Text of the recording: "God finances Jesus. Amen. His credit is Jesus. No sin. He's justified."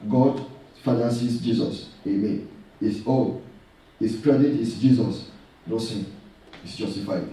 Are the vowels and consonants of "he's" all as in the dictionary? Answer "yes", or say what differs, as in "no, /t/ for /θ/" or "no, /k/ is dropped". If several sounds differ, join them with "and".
no, /s/ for /z/